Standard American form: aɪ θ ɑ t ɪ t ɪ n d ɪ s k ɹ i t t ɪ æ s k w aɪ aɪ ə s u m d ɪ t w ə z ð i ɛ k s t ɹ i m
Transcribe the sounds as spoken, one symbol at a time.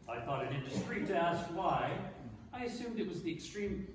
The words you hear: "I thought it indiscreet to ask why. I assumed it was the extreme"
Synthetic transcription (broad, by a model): aɪ θ ɑ t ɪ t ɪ n d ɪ s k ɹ i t t ɪ æ s k w aɪ aɪ ə s u m d ɪ t w ə z ð i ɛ k s t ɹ i m